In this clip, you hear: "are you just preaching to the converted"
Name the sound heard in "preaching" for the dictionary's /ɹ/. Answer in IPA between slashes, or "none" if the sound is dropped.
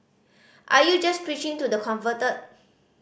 /ɹ/